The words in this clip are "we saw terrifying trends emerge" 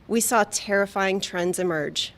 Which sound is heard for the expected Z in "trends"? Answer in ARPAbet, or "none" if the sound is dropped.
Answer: Z